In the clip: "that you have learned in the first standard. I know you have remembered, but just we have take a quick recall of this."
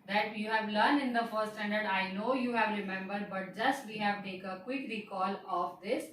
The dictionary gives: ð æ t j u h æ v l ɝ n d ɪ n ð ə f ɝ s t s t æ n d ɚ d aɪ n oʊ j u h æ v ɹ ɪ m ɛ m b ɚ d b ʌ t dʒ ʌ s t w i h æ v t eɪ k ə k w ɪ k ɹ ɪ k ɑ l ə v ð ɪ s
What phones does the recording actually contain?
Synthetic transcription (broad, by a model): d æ t j u h æ v l ɝ n d ɪ n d ə f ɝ t s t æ n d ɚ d aɪ n oʊ j u h æ v ɹ ɪ m ɛ m b ɚ d b ʌ t dʒ ʌ s t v i h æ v t eɪ k ə k w ɪ k ɹ ɪ k ɑ l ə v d ɪ s